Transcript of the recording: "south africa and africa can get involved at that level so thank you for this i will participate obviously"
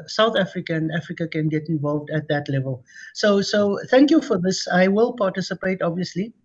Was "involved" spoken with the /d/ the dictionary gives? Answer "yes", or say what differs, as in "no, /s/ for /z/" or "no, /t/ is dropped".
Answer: yes